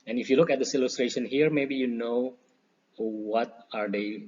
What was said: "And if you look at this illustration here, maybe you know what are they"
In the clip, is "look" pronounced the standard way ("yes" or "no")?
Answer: yes